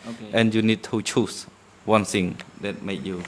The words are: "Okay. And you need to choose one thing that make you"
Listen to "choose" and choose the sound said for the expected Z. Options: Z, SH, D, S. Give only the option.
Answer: S